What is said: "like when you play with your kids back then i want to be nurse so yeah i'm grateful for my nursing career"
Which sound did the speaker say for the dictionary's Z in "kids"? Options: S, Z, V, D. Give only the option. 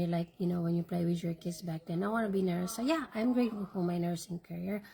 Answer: S